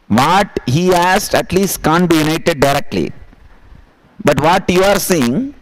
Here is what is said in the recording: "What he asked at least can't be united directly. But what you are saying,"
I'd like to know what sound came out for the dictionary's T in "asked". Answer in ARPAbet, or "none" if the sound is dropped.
T